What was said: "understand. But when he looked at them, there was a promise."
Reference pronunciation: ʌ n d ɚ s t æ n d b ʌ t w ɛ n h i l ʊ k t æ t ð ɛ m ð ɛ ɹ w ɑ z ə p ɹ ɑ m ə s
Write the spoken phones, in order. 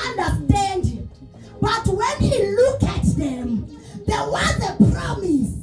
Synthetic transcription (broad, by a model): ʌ n d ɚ s t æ n d b ʌ t w ɛ n h i l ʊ k æ t ð ɛ m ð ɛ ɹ w ɑ z ə p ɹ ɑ m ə s